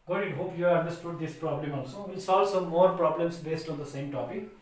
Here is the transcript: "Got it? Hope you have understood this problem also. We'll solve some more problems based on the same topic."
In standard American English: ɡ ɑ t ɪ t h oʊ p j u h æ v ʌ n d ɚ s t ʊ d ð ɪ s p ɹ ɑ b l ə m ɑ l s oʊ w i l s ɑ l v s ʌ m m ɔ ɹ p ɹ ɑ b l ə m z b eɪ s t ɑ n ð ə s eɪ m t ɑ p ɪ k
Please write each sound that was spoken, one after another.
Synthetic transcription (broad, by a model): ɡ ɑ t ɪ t h oʊ p j u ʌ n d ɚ s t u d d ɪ s p ɹ ɑ b l ə m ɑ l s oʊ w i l s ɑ l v s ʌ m m ɔ ɹ p ɹ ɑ b l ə m s b eɪ s t ɑ n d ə s eɪ m t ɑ p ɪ k